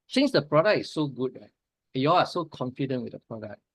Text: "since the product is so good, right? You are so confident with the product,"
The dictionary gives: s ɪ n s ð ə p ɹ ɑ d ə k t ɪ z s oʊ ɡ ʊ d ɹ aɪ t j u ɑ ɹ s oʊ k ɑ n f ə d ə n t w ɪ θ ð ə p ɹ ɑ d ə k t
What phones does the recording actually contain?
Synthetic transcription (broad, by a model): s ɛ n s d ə p ɹ ɑ d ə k ɪ s oʊ ɡ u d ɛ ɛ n j u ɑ l s oʊ k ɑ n f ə d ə n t w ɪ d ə p ɹ ɑ d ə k